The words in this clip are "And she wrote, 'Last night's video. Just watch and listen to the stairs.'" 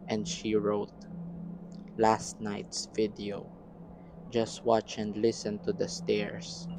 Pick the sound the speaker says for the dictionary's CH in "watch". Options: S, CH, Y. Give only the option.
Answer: CH